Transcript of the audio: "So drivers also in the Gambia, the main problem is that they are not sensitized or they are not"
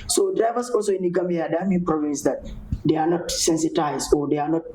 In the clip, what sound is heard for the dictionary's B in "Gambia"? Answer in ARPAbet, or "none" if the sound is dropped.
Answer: none